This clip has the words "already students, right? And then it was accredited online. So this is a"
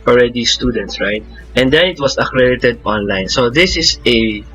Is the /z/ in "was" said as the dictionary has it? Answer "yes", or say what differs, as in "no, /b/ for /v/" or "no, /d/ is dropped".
no, /s/ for /z/